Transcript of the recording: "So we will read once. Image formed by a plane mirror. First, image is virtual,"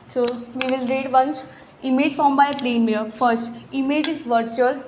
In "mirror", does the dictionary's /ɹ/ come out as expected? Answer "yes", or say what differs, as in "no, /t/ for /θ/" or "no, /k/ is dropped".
no, /ɹ/ is dropped